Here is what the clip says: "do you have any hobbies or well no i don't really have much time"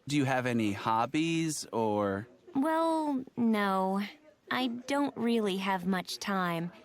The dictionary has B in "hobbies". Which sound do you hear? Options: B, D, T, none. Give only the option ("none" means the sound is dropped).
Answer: B